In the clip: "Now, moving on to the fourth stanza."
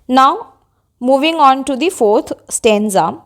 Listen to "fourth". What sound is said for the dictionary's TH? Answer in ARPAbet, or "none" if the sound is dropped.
T